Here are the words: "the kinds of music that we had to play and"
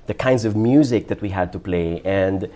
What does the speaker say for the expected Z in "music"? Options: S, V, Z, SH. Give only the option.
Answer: Z